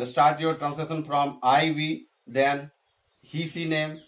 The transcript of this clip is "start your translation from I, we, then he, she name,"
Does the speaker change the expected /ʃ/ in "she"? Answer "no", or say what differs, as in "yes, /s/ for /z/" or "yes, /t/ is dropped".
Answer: yes, /s/ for /ʃ/